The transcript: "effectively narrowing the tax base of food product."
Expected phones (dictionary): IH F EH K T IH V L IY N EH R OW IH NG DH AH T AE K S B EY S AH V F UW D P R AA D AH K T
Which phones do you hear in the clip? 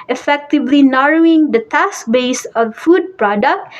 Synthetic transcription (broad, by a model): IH F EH K T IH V L IY N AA R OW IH NG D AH T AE S B EY S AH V F UW D P R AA D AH K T